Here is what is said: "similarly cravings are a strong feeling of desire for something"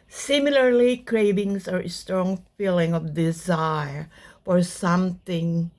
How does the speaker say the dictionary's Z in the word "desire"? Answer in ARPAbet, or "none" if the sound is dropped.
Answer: Z